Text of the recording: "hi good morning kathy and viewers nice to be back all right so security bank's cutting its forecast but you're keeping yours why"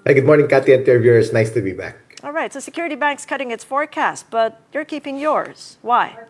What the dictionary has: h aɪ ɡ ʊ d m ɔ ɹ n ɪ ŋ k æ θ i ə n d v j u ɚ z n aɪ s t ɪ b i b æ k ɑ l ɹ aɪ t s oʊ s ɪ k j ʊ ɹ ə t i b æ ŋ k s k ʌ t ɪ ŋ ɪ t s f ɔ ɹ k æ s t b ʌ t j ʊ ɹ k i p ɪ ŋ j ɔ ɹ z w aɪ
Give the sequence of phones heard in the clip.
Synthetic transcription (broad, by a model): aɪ ɡ ʊ d m ɔ ɹ n ɪ ŋ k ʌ t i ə n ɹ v j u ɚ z n aɪ s t ɪ b i b æ k ɑ l ɹ aɪ t s oʊ s ɪ k j ʊ ɹ ə t i b æ ŋ k s k ʌ t ɪ ŋ ɪ t s f ɔ ɹ k æ s t b ʌ t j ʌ ɹ k i p ɪ ŋ j ɔ ɹ z w aɪ